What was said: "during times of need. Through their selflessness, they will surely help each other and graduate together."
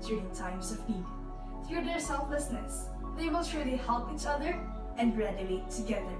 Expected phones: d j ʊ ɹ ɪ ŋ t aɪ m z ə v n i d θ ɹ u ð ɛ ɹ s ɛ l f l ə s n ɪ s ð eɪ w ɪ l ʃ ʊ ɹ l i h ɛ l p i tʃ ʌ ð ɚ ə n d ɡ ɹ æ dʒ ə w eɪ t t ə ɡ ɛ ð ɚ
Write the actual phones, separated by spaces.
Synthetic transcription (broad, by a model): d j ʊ ɹ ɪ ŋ t aɪ m s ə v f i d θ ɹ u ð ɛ ɹ s ɛ l f l ə s n ɪ s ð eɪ w ɪ l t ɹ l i h ɛ l p i tʃ ʌ ð ɚ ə n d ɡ ɹ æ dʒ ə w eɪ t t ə ɡ ɛ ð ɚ